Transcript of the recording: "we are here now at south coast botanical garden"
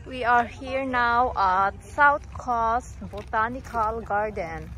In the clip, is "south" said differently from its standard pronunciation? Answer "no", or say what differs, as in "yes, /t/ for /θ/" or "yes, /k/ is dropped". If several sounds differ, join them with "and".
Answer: yes, /t/ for /θ/